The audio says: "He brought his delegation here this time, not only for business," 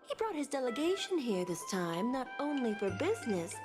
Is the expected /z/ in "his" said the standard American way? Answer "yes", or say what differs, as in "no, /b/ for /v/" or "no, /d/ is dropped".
yes